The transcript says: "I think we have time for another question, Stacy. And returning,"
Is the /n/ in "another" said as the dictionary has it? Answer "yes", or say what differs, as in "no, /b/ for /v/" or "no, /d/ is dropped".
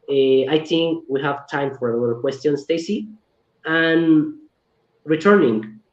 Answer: no, /l/ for /n/